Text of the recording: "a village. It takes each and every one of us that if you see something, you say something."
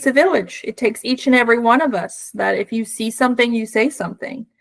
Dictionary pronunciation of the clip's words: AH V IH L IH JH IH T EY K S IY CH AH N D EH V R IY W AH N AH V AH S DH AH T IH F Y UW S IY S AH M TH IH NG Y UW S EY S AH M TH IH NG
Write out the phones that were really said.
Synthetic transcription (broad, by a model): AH V IH L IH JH IH T EY K S IY CH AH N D EH V R IY W AH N AH V AH S DH AH T IH F Y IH S IY S AH M TH IH NG Y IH S EY S AH M TH IH NG